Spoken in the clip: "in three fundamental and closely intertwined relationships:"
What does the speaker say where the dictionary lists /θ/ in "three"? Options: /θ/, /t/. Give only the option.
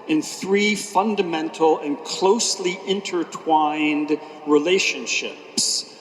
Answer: /θ/